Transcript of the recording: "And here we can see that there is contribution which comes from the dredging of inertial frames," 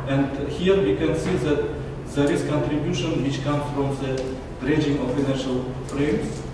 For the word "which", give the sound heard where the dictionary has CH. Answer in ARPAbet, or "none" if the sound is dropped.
CH